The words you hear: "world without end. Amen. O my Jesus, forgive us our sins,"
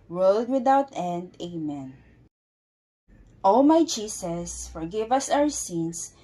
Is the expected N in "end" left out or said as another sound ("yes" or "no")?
no